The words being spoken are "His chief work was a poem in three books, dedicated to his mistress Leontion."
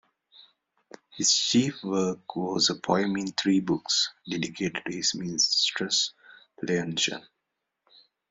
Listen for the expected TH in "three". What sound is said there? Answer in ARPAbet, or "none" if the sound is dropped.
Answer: T